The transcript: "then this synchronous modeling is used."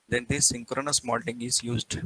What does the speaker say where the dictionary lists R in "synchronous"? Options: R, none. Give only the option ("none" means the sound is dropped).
R